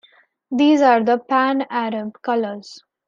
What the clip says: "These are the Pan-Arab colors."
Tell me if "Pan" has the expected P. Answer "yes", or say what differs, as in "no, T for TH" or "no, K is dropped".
yes